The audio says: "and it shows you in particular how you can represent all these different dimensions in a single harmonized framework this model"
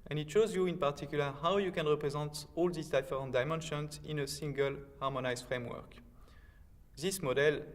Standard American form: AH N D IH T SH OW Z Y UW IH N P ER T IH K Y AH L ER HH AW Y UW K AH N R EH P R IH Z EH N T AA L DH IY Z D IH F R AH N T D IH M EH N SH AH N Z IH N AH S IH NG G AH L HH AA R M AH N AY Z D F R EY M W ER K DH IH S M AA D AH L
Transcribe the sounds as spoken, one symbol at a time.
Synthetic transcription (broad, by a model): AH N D IH T SH OW Z Y UW IH N P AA T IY K Y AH L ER HH AW Y UW K AH N R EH P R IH Z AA N T AA L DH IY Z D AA F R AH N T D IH M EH N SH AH N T IH N AH S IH NG G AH L HH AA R M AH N AY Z F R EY M W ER K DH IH S M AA D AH L